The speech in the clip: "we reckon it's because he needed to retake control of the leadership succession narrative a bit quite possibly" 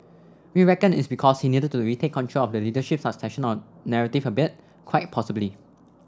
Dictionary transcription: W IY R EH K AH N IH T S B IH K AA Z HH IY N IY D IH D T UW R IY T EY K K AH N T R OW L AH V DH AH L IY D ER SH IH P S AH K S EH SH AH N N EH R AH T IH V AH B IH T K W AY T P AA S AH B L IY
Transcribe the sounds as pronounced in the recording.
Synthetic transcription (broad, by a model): W IY R EH K AH N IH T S B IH K AA S HH IY N IY D IH D T UW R IY T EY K K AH N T R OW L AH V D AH L IY D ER SH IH P S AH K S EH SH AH N N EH R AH T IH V AH B IH T K W AY T P AA S AH B L IY